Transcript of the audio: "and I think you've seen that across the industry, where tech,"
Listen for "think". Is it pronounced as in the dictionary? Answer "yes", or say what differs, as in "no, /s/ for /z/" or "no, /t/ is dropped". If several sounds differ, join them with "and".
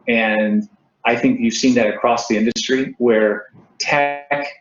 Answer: yes